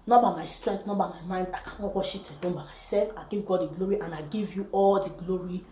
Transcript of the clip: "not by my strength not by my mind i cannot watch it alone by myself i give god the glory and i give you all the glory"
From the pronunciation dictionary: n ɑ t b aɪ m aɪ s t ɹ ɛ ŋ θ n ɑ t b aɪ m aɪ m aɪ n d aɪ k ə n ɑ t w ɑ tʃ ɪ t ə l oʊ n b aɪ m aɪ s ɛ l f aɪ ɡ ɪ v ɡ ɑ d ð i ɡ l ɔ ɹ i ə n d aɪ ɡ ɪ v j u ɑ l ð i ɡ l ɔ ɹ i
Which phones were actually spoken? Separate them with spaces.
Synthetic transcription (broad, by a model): n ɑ b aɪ m aɪ s t ɹ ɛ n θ n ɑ b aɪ m aɪ m aɪ n d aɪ k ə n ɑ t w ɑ ʃ ɪ t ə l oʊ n b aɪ m aɪ s ɛ l f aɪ ɡ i v ɡ ɑ d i ɡ l ɔ ɹ i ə n aɪ ɡ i v j u ɑ l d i ɡ l ɔ ɹ i